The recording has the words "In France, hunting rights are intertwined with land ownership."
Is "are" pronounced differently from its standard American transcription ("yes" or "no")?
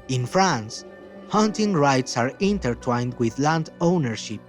no